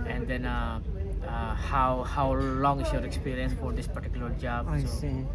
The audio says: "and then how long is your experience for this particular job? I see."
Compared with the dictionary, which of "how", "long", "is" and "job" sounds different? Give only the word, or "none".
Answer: is